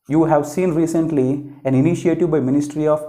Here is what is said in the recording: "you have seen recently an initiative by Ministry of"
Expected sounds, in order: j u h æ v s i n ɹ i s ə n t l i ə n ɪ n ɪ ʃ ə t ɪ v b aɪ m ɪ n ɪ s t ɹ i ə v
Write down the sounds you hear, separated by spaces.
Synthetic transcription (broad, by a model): j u h æ v s i n ɹ i s ə n t l i ə n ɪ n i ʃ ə t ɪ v b aɪ m ɪ n ɪ s t ɹ i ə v